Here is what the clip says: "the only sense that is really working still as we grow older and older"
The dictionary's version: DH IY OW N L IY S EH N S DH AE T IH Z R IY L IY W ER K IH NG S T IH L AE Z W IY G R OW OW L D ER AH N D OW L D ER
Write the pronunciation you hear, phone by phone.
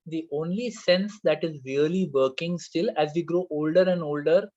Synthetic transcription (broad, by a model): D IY OW N L IY S EH N S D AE T IH Z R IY L IY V ER K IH NG S T IH L AE Z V IY G R OW OW L D ER AH N D OW L D ER